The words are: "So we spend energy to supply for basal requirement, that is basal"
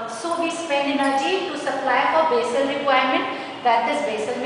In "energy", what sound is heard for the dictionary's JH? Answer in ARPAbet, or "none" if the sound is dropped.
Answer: CH